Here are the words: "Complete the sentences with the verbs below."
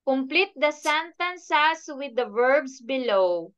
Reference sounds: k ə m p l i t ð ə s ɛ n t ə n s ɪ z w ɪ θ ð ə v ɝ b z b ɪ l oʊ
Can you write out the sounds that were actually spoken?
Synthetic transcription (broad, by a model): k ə m p l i t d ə s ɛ n t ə n s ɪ s w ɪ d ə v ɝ b s b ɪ l oʊ